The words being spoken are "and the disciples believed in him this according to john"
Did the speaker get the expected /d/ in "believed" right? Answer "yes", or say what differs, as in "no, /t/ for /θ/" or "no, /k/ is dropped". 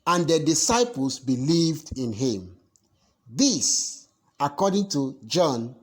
yes